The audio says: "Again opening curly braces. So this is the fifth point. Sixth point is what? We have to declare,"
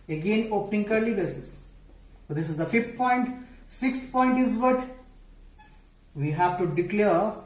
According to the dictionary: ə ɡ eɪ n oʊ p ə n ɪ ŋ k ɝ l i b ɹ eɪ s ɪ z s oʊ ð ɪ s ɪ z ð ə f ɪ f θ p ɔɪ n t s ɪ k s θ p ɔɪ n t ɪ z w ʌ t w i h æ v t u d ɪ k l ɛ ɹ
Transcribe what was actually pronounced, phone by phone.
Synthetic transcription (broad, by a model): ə ɡ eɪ n oʊ p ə n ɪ ŋ k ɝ l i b eɪ s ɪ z s oʊ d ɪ s ɪ z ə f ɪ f t p ɔɪ n t s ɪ k s p ɔɪ n t ɪ z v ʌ t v i h æ v t u d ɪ k l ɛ ɹ